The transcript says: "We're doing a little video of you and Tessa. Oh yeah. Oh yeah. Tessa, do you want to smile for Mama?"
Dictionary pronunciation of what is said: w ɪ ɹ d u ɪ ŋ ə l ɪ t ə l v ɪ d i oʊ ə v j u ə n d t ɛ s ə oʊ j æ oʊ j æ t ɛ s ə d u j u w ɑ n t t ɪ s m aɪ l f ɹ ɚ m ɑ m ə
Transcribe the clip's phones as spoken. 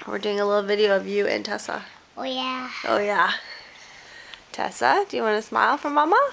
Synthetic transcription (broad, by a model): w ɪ ɹ d u ɪ ŋ ə l ɪ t l v ɪ d i oʊ ə v j u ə n t ɛ s ə oʊ j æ oʊ j æ t ɛ s ə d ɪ j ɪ w ɑ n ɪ s m aɪ l f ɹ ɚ m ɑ m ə